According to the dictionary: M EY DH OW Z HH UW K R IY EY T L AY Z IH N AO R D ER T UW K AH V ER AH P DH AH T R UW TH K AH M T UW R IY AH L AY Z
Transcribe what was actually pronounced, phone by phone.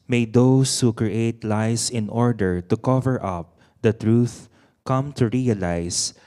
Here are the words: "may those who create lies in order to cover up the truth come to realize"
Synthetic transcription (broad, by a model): M EY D OW S HH UW K R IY EY T L AY S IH N AO R D ER T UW K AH V ER AH P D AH T R UW TH K AH M T UW R IY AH L AY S